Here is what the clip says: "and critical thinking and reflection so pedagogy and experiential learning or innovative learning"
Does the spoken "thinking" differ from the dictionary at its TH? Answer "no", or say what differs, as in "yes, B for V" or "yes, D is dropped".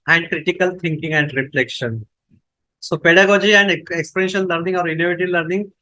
yes, T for TH